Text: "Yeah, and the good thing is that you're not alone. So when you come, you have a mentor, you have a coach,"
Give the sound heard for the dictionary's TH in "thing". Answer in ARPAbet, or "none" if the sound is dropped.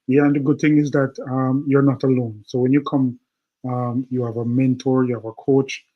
TH